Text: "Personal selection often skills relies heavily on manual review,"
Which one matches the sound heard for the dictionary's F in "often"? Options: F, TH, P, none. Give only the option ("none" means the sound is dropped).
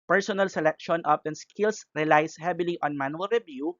P